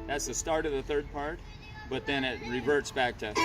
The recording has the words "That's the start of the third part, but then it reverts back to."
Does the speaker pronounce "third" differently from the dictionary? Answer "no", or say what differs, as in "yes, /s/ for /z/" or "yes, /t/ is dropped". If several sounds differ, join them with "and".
no